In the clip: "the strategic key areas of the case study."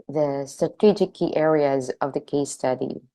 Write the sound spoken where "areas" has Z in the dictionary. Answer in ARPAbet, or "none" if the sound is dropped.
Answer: Z